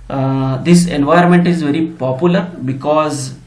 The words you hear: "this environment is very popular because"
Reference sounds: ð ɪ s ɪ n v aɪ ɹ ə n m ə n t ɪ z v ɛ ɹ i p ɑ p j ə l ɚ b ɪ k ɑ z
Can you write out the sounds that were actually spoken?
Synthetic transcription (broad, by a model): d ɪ s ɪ n v aɪ ə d m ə n t ɪ z v ɛ ɹ i p ɑ p j ə l ɚ b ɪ k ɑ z